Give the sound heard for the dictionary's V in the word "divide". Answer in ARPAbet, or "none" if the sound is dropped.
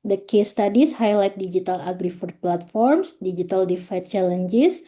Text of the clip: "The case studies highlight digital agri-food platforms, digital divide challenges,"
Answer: F